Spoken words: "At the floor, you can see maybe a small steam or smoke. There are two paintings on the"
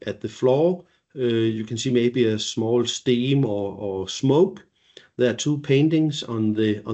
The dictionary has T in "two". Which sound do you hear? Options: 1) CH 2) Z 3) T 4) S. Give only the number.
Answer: 4